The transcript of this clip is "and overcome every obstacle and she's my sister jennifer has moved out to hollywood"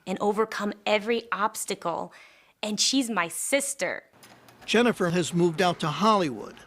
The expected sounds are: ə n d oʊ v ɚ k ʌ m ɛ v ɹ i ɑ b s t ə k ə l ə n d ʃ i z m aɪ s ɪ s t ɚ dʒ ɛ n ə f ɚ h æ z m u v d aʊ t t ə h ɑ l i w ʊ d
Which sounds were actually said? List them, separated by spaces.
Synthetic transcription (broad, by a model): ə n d oʊ v ɚ k ʌ m ɛ v ɹ i ɑ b s t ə k l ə n ʃ i z m aɪ s ɪ s t ɚ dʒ ɛ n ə f ɚ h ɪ z m u v d aʊ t t ə h ɑ l i w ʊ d